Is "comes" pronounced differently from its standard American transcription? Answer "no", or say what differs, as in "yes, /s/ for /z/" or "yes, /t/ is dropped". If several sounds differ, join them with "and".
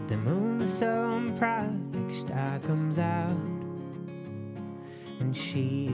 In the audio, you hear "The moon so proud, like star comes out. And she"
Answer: no